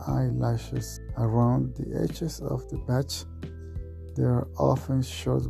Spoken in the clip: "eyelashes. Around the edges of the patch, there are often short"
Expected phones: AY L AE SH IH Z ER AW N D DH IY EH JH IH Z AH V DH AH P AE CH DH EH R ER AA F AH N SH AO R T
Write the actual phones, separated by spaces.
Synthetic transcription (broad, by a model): AY L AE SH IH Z ER AW N D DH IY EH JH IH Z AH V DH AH B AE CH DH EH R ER AA F AH N SH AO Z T